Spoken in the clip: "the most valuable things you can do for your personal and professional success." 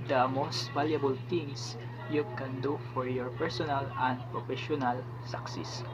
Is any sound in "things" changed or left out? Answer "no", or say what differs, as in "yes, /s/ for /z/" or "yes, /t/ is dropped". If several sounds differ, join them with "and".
yes, /t/ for /θ/ and /s/ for /z/